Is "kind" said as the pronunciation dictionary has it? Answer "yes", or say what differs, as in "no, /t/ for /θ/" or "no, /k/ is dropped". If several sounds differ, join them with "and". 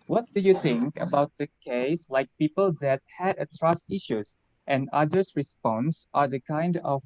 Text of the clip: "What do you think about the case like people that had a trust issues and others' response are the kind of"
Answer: yes